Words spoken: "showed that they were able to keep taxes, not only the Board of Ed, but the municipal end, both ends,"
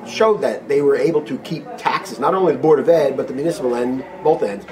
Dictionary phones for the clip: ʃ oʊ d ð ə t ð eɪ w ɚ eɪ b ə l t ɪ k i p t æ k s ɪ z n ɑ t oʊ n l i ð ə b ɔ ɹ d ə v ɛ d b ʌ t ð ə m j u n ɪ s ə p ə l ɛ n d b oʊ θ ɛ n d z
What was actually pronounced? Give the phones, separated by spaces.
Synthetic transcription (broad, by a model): ʃ oʊ d ð ə t ð eɪ w ɚ eɪ b l t ɪ k i p t æ k s ɪ z n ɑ t oʊ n l i ð ə b ɔ ɹ d ə v ɛ d b ʌ t ð ə m j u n ɪ s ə p l ɛ n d b oʊ θ ɛ n d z